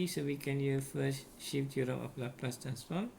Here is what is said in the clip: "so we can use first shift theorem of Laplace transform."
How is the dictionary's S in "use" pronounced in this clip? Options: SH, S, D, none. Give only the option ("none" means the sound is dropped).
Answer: none